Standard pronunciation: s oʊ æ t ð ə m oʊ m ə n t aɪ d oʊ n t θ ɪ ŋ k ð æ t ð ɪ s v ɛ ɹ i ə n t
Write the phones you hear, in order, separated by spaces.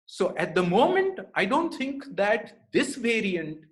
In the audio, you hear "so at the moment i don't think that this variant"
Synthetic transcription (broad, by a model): s oʊ æ t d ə m oʊ m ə n t aɪ d oʊ n t t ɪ ŋ k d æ t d ɪ s v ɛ ɹ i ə n t